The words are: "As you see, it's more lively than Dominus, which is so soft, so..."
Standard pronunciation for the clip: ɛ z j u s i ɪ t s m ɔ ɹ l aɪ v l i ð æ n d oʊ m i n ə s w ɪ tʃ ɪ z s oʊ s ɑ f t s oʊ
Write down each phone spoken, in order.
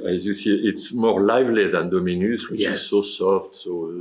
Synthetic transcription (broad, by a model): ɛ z j u s i ɪ t s m ɔ ɹ l aɪ v l i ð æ n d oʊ m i n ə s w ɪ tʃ ɪ z s oʊ s ɑ f t s oʊ